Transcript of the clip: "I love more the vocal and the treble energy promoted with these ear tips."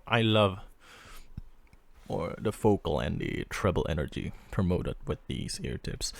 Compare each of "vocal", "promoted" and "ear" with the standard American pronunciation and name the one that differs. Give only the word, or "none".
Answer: vocal